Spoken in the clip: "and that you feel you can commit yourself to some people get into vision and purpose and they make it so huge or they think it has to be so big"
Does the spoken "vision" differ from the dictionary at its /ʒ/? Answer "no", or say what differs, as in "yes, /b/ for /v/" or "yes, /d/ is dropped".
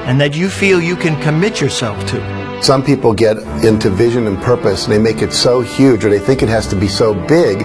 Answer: no